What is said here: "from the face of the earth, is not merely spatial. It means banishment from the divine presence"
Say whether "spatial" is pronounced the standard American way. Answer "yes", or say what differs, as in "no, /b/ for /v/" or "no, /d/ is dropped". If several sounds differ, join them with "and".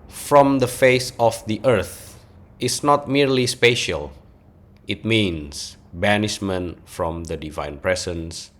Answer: yes